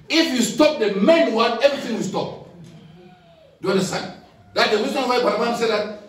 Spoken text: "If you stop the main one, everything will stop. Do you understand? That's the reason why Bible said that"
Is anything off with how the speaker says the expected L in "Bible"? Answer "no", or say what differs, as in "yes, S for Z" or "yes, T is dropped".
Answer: yes, N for L